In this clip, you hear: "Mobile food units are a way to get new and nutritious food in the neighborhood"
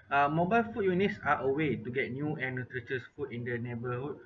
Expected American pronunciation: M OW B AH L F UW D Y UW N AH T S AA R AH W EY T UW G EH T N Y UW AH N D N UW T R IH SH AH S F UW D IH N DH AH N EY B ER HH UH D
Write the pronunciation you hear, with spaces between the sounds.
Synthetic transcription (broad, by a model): M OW B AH L F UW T Y UW N AH T S AA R AH W EY T UW G EH T N Y UW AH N N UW T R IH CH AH S F UW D IH N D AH N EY B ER HH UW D